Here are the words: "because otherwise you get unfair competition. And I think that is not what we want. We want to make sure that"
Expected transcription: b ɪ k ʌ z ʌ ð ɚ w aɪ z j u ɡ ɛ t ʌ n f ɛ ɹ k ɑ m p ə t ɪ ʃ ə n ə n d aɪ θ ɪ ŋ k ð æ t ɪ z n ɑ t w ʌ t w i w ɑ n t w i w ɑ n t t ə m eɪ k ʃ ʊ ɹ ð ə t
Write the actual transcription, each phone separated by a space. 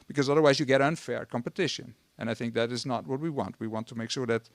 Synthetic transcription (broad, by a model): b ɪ k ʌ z ʌ ð ɚ w aɪ z j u ɡ ɛ t ʌ n f ɛ ɹ k ɑ m p ə t ɪ ʃ ə n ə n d aɪ θ ɪ ŋ k ð æ t ɪ z n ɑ t w ʌ t w i w ɑ n t w i w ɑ n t t ə m eɪ k ʃ ʊ ɹ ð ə t